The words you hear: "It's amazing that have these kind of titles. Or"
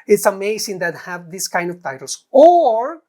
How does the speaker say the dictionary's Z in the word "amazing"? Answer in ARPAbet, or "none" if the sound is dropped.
S